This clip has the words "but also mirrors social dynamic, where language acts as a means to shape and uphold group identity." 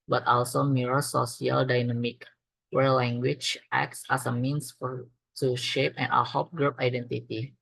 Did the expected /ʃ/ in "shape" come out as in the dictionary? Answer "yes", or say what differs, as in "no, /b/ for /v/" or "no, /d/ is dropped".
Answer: yes